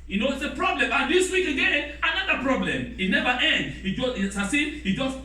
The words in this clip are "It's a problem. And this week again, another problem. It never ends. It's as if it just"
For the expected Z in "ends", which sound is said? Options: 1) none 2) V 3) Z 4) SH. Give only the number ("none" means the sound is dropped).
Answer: 1